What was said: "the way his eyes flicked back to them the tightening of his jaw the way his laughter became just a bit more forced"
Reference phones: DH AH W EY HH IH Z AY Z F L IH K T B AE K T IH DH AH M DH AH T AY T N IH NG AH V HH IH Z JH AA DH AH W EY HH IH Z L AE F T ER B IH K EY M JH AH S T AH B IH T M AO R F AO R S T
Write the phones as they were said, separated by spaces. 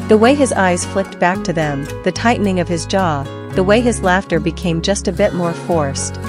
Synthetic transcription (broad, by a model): DH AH W EY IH Z AY Z F L IH K T B AE K T IH DH AH M DH AH T AY T N IH NG AH V IH Z JH AA DH AH W EY IH Z L AE F T ER B IH K EY M JH AH S T AH B IH T M AO R F AO R S T